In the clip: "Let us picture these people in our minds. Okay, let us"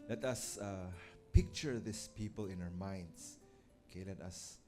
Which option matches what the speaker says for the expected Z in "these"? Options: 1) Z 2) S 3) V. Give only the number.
2